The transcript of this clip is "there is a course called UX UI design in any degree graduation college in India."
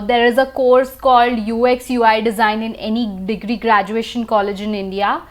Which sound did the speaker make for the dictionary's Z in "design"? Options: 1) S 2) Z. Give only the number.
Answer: 2